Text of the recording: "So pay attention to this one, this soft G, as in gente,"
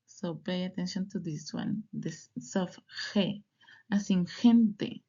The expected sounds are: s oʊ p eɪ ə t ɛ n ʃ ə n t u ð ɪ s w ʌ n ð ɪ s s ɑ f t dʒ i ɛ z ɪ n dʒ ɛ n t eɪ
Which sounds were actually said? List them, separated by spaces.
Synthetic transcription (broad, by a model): s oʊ p eɪ ə t ɛ n ʃ ə n t u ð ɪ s w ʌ n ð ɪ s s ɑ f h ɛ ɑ s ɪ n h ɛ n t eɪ